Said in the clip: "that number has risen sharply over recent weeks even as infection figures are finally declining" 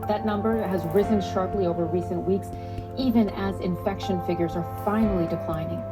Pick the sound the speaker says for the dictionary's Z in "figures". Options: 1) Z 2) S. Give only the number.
1